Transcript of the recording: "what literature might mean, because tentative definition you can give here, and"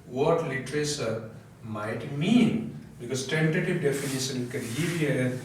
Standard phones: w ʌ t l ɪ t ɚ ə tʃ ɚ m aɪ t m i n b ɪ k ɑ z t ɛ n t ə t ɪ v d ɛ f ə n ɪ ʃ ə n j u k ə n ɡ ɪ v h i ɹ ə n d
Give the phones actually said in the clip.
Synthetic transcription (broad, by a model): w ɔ t l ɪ t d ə s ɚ m aɪ t m i n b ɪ k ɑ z t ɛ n t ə t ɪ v d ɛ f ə n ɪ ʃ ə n k ə n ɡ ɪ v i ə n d